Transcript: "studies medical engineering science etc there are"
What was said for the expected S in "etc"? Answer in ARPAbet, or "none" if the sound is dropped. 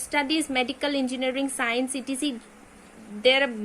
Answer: none